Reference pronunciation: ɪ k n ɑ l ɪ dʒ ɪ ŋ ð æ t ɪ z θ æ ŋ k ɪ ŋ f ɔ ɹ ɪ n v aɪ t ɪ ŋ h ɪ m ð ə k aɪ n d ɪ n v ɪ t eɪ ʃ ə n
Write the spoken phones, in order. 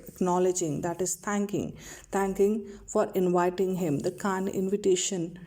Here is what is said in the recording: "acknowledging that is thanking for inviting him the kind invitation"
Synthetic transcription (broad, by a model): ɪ k n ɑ l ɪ dʒ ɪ ŋ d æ t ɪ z t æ ŋ k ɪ ŋ f ɔ ɹ ɪ n v aɪ t ɪ ŋ h ɪ m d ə k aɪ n ɪ n v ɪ t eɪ ʃ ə n